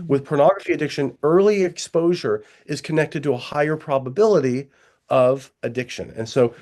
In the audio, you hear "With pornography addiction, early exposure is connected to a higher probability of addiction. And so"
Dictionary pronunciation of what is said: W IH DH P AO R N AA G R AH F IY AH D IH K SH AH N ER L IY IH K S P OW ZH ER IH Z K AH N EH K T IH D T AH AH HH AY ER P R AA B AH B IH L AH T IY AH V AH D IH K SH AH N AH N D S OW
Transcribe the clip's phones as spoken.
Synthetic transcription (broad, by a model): W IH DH P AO R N AA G R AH F IY AH D IH K SH AH N ER L IY IH K S P OW ZH ER IH Z K AH N EH K T IH D T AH AH HH AY ER P R AA B AH B IH L AH T IY AH V AH D IH K SH AH N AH N S OW